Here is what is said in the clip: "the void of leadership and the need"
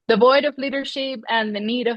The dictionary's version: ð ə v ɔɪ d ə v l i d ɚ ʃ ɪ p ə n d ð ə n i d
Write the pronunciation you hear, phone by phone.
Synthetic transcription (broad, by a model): ð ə v ɔɪ d ə v l i d ɚ ʃ ɪ p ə n ð ə n i d